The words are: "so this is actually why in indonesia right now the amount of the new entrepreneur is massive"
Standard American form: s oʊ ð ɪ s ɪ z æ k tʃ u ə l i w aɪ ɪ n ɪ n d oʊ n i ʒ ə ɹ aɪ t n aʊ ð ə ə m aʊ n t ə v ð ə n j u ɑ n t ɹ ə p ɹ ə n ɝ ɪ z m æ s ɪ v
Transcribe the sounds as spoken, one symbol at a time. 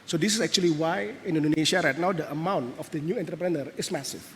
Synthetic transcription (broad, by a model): s oʊ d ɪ s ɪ s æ k tʃ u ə l i w aɪ ɪ n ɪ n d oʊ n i ʃ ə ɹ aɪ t n aʊ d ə ə m aʊ n t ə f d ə n j u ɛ n t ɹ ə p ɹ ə n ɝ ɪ s m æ s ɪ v